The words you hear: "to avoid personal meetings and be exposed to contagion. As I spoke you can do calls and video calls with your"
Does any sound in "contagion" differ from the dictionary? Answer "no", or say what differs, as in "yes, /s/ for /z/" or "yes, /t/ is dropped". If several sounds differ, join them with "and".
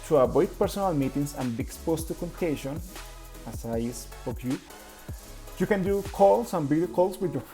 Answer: yes, /ʃ/ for /dʒ/